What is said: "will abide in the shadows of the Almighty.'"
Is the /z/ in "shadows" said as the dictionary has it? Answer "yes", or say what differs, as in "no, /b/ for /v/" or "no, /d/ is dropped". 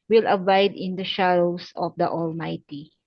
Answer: no, /s/ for /z/